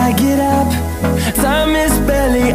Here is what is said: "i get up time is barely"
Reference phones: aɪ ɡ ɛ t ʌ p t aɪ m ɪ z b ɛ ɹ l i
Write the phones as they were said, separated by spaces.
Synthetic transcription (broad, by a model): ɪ ɡ ɛ t ʌ p s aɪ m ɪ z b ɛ l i